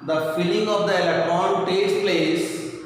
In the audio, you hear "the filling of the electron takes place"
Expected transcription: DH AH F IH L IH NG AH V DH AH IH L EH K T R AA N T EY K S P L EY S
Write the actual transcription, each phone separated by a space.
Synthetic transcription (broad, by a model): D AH F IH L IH NG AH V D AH IH L EH K T R AA N T EY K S P L EY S